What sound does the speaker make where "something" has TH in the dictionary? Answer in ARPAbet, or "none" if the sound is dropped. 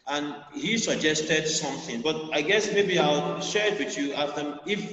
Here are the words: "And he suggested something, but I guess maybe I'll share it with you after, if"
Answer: TH